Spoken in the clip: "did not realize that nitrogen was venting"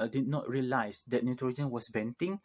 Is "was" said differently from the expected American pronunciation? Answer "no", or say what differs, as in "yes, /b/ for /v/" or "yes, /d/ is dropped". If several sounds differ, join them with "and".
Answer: yes, /s/ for /z/